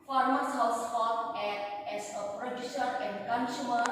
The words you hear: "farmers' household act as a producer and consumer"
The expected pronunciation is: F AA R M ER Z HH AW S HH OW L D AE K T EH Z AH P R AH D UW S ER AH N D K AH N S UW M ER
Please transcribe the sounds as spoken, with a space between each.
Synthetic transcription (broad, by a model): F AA R M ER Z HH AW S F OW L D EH T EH S AH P R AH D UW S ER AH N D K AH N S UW M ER